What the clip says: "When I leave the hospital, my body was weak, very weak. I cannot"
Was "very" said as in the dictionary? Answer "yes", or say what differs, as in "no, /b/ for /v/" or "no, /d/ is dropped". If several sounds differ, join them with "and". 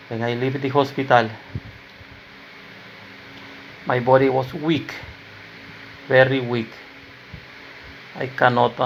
no, /b/ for /v/